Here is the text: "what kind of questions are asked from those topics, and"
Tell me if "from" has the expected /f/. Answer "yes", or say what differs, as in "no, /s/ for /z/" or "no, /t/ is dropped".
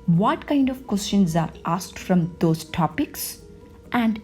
yes